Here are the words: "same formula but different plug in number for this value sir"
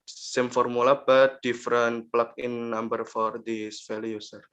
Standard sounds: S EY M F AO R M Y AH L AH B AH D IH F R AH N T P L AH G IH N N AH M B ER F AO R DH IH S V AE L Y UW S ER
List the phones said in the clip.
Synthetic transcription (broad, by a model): S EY M F AO R M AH L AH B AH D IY F R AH N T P L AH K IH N N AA M B ER F AO R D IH S F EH L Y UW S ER